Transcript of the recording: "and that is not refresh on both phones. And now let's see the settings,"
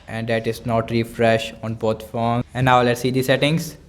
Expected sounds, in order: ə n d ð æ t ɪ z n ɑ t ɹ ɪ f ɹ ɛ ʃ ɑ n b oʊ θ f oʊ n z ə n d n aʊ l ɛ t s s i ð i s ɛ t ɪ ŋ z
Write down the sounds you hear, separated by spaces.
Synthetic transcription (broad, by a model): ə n d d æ t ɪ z n ɑ t ɹ ɪ f ɹ ɛ ʃ ɑ n b oʊ t f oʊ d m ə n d n aʊ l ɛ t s s i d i s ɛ t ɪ ŋ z